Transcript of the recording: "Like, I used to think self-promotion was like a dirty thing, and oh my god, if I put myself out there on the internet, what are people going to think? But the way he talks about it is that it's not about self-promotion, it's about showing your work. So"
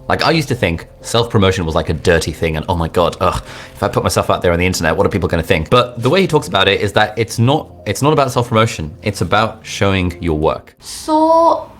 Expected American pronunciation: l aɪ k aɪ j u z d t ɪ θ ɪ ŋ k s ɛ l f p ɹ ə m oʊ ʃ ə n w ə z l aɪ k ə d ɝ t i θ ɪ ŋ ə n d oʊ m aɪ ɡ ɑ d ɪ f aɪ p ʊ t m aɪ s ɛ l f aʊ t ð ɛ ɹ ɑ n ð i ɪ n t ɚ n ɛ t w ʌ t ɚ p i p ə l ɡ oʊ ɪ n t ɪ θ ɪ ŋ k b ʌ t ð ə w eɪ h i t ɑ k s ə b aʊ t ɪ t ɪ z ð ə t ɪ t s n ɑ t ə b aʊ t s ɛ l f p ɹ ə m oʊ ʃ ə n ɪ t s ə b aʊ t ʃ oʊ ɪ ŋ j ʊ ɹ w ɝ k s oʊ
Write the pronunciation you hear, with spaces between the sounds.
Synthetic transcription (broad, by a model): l aɪ k aɪ j u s t ɪ θ ɪ ŋ k s ɛ l f p ɹ ə m oʊ ʃ ə n w ə z l aɪ k ə d ɝ t i θ ɪ ŋ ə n oʊ m aɪ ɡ ɑ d ɪ f aɪ p ʊ t m aɪ s ɛ l f aʊ t ð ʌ ɹ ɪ n ð i ɪ n t ɚ n ɛ t w ʌ t ɚ p i p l ɡ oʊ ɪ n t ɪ θ ɪ ŋ k b ʌ t ð ə w eɪ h i t ɑ k s ə b aʊ t ɪ t ɪ z ð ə t ɪ t s n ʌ t ə b aʊ t s ɛ l f p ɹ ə m oʊ ʃ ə n ɪ t s ə b aʊ t ʃ oʊ ɪ ŋ j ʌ ɹ w ɝ k s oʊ